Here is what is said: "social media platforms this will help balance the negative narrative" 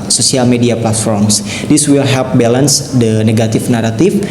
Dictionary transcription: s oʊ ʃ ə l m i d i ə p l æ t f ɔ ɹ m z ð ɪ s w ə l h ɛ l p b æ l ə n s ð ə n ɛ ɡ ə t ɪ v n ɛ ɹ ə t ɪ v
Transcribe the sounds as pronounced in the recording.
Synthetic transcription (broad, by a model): s oʊ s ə l m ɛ d i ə p l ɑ t f ɔ ɹ m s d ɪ s w ə l h ɛ l p b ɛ l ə n s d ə n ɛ ɡ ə t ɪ f n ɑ ɹ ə t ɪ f